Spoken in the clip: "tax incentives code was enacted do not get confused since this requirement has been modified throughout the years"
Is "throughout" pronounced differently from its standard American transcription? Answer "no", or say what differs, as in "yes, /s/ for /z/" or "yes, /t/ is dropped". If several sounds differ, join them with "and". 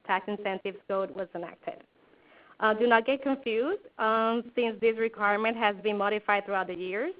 no